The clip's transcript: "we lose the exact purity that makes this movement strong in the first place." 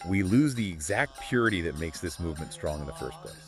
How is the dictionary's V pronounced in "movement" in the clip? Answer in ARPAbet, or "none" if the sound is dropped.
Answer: V